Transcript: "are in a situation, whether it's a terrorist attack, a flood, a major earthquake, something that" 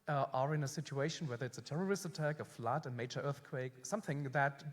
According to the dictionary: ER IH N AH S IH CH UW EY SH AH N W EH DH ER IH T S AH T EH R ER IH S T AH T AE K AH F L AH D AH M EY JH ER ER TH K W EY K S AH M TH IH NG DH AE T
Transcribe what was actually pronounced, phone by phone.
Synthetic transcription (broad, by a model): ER IH N AH S IH CH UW EY SH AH N W EH DH ER IH T S AH T EH R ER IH S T AH T AE K AH F L AH D AH M EY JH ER ER TH K W EY K S AH M TH IH NG DH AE T